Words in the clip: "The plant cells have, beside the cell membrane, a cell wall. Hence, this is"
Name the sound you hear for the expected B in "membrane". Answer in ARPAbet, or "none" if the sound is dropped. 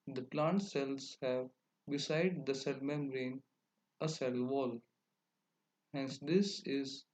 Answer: none